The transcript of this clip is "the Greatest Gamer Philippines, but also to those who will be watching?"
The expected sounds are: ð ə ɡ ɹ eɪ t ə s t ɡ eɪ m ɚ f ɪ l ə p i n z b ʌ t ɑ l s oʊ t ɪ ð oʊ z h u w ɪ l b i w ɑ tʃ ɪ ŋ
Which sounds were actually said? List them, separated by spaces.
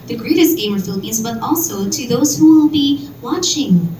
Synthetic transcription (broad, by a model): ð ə ɡ ɹ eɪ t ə s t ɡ eɪ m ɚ f ɪ l ə p i n z b ʌ t ɑ l s oʊ t ɪ ð oʊ z h u w ɪ l b i w ɑ tʃ ɪ ŋ